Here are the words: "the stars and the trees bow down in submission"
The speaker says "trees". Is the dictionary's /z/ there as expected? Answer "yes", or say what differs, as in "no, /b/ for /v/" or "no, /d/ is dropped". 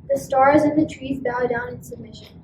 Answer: yes